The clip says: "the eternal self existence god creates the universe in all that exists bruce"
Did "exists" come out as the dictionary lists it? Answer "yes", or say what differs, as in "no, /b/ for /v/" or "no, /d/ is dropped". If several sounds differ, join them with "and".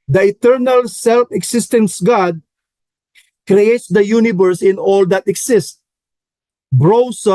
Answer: no, /s/ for /z/ and /s/ is dropped